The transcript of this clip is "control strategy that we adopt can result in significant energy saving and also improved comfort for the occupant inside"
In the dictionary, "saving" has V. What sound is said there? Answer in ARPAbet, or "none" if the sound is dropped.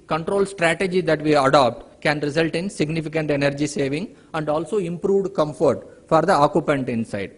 V